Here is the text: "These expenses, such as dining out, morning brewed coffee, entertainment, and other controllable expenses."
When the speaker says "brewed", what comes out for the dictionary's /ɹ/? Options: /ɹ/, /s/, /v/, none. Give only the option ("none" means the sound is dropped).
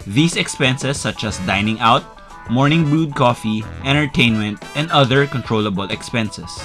none